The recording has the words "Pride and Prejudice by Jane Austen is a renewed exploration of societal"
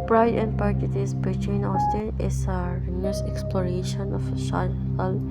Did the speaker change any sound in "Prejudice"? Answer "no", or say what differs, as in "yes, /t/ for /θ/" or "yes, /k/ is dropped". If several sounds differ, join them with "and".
yes, /ɹ/ is dropped